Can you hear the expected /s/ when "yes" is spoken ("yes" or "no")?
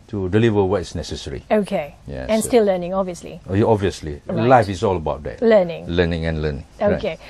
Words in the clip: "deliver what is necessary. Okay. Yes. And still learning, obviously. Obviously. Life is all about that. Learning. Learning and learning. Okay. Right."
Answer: no